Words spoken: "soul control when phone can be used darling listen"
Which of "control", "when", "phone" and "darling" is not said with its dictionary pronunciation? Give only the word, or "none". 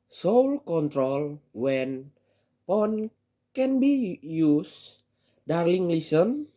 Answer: phone